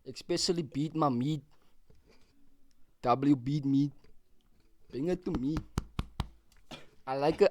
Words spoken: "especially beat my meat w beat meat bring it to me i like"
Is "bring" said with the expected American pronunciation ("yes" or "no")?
no